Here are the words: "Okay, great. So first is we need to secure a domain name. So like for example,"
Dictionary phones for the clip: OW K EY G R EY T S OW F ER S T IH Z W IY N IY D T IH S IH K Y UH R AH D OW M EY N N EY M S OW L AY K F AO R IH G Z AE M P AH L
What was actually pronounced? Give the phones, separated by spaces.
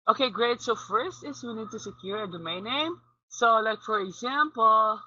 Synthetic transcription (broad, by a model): OW K EY G R EY T S OW F ER S T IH S W IY N IY D T IH S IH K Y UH R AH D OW M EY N N EY M S OW L AY K F AO R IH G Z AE M P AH L